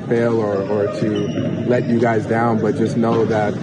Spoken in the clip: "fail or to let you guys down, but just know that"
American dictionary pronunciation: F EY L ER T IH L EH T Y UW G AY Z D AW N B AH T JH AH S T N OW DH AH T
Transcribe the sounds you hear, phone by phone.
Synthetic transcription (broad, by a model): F EY L ER T IH L EH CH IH G AY Z D AW N B AH T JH AH S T N OW DH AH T